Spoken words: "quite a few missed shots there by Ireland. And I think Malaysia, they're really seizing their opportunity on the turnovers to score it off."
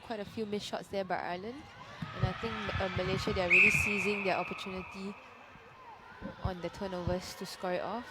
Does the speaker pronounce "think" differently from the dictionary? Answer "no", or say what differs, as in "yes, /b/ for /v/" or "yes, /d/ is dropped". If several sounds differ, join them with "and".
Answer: yes, /t/ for /θ/